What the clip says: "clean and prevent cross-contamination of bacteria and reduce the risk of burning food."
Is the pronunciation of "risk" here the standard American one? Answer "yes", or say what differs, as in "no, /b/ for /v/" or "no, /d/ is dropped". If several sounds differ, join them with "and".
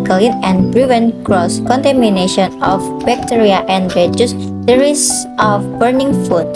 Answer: no, /k/ is dropped